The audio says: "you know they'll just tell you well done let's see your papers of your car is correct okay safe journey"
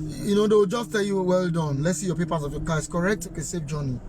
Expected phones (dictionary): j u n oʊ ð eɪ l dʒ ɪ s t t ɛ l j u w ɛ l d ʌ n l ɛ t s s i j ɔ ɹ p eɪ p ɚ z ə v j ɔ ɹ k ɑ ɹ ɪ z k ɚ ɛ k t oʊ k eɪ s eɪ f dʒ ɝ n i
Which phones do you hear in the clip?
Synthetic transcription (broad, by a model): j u n oʊ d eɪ w dʒ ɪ s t t ɛ l j u w ɛ l d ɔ n l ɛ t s s i j ɔ p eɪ p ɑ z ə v j ɔ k ɑ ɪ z k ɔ ɛ k t oʊ k eɪ s eɪ f dʒ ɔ n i